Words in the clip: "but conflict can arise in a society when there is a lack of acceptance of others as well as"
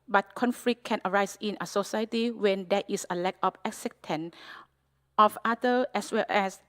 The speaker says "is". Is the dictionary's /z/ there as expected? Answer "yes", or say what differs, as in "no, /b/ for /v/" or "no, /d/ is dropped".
no, /s/ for /z/